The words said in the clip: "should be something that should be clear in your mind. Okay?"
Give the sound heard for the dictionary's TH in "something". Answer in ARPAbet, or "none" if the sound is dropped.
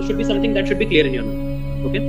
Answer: T